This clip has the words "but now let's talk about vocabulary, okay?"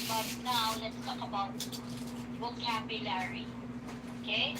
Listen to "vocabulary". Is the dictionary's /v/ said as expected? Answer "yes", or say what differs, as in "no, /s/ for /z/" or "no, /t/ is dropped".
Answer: no, /w/ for /v/